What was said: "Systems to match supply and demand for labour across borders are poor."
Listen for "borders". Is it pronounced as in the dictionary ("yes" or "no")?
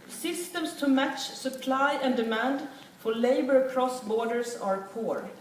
no